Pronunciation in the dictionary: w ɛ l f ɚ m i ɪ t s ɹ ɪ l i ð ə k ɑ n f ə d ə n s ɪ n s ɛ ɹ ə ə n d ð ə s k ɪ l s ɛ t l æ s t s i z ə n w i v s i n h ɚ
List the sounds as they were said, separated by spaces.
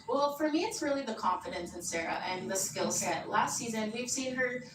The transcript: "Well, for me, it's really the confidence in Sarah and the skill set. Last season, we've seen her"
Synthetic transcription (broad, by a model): w ɛ l f ɚ m i ɪ t s ɹ ɪ l i ð ə k ɑ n f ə d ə n s ɪ n s ɛ ɹ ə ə n ð ə s k ɪ l s ɛ t l æ s t s i z ə n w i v s i n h ɚ